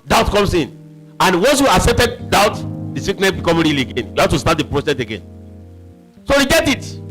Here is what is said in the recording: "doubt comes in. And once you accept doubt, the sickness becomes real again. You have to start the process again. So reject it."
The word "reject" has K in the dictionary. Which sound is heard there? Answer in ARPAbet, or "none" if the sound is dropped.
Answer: none